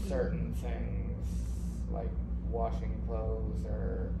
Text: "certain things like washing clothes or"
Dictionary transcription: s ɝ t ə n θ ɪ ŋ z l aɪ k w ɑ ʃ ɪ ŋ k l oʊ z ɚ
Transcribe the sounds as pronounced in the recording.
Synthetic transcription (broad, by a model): s ɝ t n θ ɪ ŋ z l aɪ k w ɑ ʃ ɪ ŋ k l oʊ z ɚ